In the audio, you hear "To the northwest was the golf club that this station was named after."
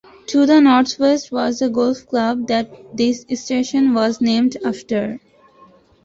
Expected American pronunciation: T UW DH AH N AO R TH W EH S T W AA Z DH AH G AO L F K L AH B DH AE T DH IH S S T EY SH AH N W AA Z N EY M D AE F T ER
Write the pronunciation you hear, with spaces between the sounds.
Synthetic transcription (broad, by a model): T UW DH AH N AO R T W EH S T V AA Z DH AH G AO L F K L AH B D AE T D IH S S T EY SH AH N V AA Z N EY M D AE F T ER